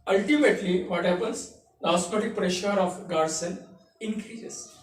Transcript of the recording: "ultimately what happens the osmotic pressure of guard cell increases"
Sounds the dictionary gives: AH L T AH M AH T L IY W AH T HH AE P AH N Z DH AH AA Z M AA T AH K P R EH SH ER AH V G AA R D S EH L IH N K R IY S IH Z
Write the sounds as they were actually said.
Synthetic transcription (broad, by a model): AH L T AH M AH T L IY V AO T HH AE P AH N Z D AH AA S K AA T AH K P R EH SH ER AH F G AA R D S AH N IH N K R IY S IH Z